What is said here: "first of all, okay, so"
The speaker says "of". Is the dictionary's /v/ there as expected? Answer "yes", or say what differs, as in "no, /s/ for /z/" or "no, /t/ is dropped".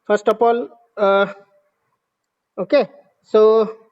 no, /p/ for /v/